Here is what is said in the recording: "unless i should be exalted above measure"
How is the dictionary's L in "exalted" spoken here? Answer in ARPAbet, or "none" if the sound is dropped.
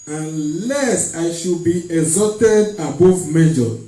none